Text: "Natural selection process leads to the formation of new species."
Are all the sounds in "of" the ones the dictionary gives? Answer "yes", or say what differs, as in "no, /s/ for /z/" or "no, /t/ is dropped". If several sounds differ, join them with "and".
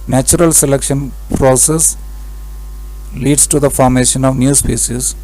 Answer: yes